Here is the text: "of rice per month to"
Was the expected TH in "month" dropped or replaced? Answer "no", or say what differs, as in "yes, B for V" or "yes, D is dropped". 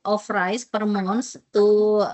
yes, S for TH